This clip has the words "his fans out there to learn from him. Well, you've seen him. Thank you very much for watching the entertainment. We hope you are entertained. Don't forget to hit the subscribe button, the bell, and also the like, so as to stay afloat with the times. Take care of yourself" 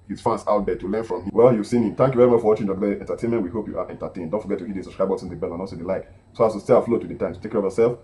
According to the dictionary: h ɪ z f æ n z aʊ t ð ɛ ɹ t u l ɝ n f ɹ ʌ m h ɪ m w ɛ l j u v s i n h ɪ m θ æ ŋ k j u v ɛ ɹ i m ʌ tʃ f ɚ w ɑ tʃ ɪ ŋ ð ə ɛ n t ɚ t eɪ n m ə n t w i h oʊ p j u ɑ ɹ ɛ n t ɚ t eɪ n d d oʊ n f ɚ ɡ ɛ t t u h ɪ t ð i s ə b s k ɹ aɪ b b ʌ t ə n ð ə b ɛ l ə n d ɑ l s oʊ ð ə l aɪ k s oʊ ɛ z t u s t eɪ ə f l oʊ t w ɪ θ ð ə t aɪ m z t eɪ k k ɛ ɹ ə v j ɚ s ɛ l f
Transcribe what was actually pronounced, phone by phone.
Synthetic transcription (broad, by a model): h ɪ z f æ n s aʊ t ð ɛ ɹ t u l ɝ n f ɹ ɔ m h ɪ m w ɛ l j u v s i n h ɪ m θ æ ŋ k j u v ɛ ɹ i m ʌ tʃ f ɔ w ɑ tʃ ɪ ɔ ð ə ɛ n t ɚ t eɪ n m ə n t w i h oʊ p j u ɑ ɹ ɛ n t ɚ t eɪ n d d oʊ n f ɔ ɡ ɛ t t u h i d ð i s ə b s k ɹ aɪ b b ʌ s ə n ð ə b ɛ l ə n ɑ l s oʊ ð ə l aɪ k s oʊ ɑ s t u s t eɪ ə f l oʊ t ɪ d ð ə t aɪ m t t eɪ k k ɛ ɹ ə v j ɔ s ɛ l f